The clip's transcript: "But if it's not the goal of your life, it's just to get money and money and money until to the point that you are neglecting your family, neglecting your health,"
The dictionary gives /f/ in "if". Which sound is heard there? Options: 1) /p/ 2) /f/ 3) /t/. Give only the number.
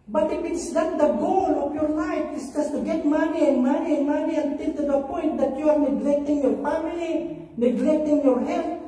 1